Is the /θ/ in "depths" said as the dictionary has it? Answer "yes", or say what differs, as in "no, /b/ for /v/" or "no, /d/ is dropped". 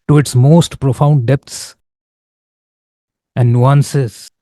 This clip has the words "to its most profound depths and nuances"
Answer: no, /t/ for /θ/